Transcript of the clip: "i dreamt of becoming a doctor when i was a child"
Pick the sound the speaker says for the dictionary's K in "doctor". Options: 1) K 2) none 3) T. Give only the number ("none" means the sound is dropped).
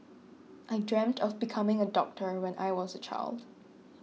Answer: 1